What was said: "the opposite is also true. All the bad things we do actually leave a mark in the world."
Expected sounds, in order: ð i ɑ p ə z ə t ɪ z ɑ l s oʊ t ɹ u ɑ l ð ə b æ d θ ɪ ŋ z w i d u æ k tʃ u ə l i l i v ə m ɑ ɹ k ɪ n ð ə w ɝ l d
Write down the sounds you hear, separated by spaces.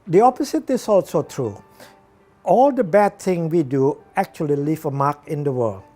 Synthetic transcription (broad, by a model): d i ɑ p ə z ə t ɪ s ɑ l s oʊ t ɹ u ɑ l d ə b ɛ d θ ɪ ŋ w i d u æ k tʃ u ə l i l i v ə m ɑ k ɪ n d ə w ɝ l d